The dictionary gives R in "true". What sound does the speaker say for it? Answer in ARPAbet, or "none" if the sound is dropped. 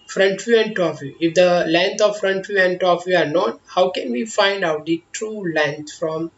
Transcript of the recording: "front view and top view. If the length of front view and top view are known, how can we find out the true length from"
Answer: R